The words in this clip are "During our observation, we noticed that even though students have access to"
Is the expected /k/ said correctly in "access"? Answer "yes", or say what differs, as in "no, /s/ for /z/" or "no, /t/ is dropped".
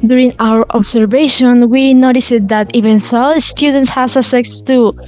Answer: no, /k/ is dropped